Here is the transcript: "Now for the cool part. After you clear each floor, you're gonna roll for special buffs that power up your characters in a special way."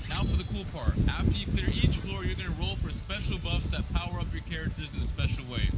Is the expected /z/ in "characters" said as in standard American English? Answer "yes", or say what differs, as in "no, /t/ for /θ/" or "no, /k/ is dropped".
yes